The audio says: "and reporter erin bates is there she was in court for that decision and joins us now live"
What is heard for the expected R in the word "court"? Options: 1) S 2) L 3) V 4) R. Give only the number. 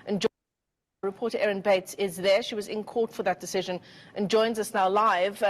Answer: 4